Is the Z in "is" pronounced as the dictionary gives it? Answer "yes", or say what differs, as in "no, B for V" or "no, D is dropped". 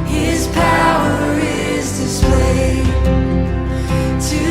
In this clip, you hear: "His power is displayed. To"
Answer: yes